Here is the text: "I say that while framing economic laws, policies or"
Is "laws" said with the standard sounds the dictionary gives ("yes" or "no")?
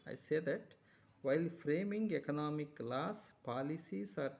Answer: no